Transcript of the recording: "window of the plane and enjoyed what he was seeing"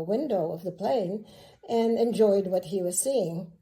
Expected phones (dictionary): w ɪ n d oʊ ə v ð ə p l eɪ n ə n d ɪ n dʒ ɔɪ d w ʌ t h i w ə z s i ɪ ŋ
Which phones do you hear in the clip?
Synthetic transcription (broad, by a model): w ɪ n d oʊ ə v ð ə p l eɪ n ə n ɪ n dʒ ɔɪ d w ʌ t h i w ə z s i ɪ ŋ